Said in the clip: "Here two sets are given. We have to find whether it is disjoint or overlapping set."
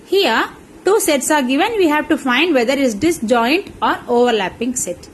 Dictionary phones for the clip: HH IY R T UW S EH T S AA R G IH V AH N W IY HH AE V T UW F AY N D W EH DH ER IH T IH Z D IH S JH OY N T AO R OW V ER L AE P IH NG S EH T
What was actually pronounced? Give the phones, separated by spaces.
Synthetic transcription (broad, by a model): HH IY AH T UW S EH T S AA R G IH V AH N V IY HH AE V T UW F AY N D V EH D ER IH T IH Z D IH S JH OY N T AO R OW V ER L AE P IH NG S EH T